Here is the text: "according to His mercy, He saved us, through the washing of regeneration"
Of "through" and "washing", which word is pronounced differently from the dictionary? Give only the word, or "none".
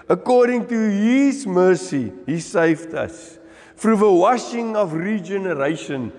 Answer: through